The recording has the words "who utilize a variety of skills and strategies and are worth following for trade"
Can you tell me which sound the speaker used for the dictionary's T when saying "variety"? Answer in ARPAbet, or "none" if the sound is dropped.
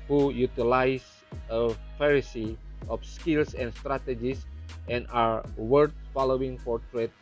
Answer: S